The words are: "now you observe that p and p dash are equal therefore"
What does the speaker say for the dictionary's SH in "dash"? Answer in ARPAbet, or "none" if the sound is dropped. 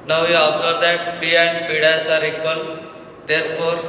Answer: S